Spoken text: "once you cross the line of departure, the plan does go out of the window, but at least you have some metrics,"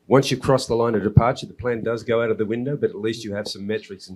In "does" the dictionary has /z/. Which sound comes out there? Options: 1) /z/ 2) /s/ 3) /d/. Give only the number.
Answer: 1